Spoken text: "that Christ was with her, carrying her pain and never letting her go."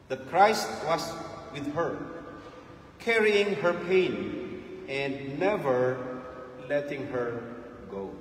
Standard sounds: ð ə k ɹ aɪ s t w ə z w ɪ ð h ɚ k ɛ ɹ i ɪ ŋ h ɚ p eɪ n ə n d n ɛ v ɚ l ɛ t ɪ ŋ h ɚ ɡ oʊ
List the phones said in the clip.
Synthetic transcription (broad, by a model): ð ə k ɹ aɪ s t w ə s w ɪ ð h ɚ k ɛ ɹ i ɪ ŋ h ɚ p eɪ n ə n d n ɛ v ɚ l ɛ t ɪ ŋ h ɚ ɡ oʊ